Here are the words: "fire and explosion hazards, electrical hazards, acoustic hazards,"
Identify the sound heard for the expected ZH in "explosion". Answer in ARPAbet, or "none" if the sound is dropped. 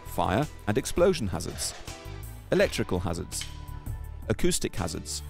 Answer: ZH